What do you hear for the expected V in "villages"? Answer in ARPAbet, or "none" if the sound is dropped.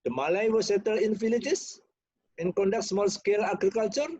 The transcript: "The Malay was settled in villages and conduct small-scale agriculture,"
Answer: F